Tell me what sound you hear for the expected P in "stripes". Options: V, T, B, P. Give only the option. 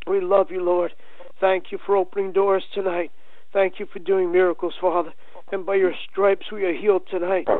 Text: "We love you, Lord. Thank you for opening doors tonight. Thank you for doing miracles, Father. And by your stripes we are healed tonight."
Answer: P